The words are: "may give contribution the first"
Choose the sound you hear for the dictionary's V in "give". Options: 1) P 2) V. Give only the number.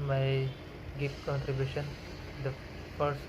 1